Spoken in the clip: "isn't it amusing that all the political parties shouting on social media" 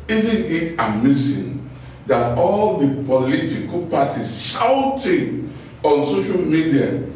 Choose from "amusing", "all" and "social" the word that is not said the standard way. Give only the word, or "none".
amusing